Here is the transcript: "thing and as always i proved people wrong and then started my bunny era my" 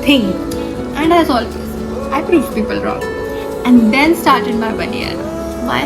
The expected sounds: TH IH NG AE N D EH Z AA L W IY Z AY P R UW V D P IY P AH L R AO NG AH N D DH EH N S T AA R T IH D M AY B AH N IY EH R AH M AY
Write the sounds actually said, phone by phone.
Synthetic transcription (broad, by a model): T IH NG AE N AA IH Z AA L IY IH P R UW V P IY P AH L R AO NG AH N D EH N S T AA R T IH D M AY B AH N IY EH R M AY